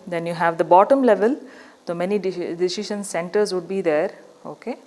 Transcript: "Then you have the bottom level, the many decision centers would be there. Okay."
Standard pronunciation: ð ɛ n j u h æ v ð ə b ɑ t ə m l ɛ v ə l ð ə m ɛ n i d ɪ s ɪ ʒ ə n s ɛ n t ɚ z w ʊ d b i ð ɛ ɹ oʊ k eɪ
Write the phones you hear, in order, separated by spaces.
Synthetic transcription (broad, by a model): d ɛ n j u h æ v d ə b ɑ t ə m l ɛ v ə l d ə m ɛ n i d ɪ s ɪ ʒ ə n s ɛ n t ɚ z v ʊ d b i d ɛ ɹ oʊ k eɪ